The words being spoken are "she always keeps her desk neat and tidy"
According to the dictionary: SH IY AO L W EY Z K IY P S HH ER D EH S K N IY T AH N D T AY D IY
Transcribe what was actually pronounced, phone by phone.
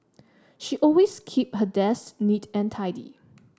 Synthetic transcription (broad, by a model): SH IY AO L W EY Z K IY P HH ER D EH S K N IY T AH N T AY D IY